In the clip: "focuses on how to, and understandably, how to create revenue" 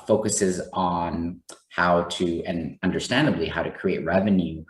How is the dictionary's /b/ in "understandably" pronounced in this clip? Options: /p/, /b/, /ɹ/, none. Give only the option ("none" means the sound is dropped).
/b/